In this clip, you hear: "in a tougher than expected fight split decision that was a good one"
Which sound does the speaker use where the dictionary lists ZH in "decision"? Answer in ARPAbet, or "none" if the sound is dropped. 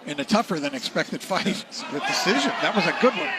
ZH